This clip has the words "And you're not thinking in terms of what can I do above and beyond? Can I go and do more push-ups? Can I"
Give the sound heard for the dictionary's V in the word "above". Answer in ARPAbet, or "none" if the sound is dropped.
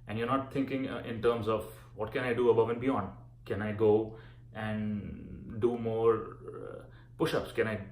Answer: V